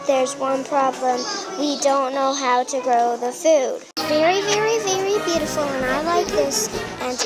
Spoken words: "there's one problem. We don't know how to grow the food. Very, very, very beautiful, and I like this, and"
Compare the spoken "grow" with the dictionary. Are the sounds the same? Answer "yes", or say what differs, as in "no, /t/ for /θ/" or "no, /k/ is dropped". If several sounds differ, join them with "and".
yes